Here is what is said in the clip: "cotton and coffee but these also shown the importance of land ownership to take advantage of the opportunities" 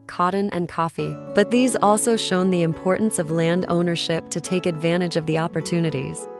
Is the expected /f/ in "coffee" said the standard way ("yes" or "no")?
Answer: yes